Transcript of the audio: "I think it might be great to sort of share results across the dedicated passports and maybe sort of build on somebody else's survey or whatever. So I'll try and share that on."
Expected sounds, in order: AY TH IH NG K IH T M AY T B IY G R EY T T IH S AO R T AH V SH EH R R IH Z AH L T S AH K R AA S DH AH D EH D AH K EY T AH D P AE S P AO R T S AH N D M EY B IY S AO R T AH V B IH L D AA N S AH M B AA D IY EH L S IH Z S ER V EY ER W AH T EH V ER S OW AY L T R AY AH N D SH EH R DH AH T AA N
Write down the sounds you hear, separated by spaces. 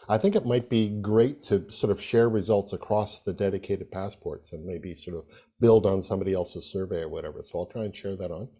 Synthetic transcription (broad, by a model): AY TH IH NG K IH T M AY T B IY G R EY T T IH S AO R T AH V SH EH R R IH Z AH L T S AH K R AA S DH AH D EH D AH K EY T AH D P AE S P AO R T S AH N M EY B IY S AO R T AH V B IH L D N S AH M B AA D IY EH L S IH Z S ER V EY ER W AH T EH V ER S OW AY L T R AY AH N SH EH R DH AH T N